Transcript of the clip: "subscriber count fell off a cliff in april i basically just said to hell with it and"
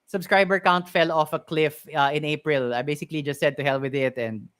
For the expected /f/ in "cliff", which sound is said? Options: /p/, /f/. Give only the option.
/f/